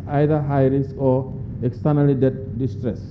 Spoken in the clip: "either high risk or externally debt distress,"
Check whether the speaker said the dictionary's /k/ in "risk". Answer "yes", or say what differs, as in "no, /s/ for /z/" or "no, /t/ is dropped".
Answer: no, /k/ is dropped